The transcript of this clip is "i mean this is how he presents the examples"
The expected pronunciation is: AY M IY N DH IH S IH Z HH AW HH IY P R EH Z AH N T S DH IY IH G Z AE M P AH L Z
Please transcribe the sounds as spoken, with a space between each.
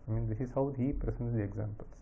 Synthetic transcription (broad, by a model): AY M IY N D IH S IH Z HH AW HH IY P R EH S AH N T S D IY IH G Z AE M P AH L